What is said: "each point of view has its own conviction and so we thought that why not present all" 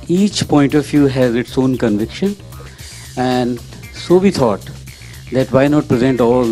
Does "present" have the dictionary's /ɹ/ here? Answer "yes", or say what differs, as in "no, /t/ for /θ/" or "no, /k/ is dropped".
yes